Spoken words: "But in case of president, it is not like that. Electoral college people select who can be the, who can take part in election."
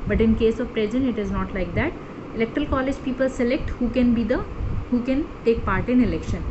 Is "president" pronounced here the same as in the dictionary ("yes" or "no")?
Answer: no